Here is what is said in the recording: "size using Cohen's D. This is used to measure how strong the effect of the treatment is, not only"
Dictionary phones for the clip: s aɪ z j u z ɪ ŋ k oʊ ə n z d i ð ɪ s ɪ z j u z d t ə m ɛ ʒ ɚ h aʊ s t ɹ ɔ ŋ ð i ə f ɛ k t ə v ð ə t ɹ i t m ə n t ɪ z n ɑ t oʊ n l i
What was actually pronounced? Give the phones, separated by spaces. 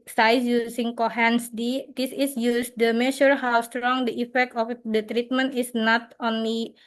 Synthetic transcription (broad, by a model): s aɪ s j u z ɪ ŋ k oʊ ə n s d i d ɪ s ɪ s j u s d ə m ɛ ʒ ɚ h aʊ s t ɹ ɔ ŋ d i ə f ɛ k t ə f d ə t ɹ i t m ə n t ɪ s n ɑ t oʊ n l i